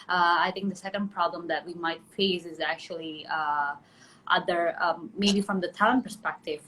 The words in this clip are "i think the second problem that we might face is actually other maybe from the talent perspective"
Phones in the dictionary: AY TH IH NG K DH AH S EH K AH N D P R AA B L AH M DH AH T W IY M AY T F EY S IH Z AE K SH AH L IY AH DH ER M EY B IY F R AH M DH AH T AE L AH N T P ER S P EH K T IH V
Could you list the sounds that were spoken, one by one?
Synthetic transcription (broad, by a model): AY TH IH NG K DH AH S EH K AH N D P R AA B L AH M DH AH T W IY M AY T F EY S IH Z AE K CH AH L IY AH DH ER M EY B IY F R AH M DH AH T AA AH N P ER S P EH K T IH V